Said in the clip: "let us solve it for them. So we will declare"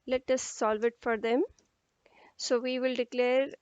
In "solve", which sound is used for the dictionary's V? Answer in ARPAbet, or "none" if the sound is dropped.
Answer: V